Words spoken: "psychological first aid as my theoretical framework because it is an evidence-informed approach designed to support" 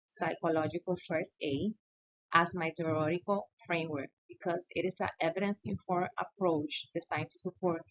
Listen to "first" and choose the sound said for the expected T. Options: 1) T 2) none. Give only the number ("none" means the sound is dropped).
2